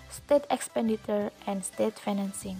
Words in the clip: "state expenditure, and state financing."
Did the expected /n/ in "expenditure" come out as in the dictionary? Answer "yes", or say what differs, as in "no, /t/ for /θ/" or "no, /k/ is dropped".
yes